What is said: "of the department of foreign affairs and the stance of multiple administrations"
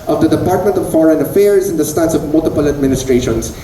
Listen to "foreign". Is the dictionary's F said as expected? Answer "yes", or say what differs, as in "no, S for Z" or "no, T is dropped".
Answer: yes